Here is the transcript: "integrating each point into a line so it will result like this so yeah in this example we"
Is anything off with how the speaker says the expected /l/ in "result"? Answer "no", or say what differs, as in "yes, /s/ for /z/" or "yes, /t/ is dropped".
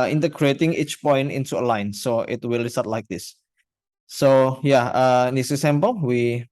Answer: yes, /l/ is dropped